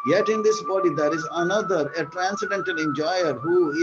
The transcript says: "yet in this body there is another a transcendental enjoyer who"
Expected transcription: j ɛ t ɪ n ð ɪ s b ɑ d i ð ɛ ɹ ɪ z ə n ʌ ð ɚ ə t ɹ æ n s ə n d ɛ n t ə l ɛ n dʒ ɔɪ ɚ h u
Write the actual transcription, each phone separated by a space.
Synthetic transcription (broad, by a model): j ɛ t ɪ n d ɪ s b ɑ d i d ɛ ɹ ɪ z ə n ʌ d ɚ ə t ɹ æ n s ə d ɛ n t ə n ɛ n dʒ ɔɪ ɚ h u